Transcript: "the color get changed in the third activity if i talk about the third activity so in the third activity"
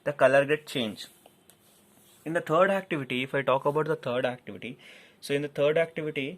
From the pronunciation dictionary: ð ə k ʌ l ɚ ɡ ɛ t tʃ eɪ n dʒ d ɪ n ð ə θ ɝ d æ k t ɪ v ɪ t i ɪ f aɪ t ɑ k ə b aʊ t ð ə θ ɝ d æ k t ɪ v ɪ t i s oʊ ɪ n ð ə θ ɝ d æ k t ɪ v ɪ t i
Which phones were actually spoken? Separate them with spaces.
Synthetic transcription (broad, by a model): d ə k ʌ l ɚ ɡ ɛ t tʃ eɪ n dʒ ɪ n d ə t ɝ d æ k t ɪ v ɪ t i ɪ f aɪ t ɑ k ə b aʊ t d ə t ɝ d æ k t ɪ v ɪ t i s oʊ ɪ n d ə t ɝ d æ k t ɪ v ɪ t i